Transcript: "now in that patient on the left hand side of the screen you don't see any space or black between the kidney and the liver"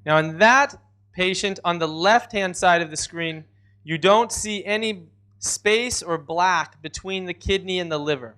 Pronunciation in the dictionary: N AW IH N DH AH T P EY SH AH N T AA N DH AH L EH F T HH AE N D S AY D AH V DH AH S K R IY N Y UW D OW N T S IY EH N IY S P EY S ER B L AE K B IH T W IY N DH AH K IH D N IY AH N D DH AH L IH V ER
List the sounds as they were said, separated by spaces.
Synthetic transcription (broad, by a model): N AW IH N DH AH T P EY SH AH N T N DH AH L EH F T HH AE N D S AY D AH V DH AH S K R IY N Y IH D OW N T S IY EH N IY S P EY S ER B L AE K B IH T W IY N DH AH K IH D N IY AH N DH AH L IH V ER